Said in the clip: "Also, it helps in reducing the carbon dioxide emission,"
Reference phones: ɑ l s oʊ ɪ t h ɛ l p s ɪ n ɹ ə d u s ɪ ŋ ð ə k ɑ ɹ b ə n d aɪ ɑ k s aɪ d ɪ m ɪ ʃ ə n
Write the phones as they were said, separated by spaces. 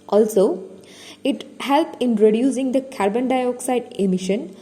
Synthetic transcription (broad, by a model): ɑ l s oʊ ɪ t h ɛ l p ɪ n ɹ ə d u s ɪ ŋ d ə k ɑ ɹ b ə n d aɪ ɑ k s aɪ d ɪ m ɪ ʃ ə n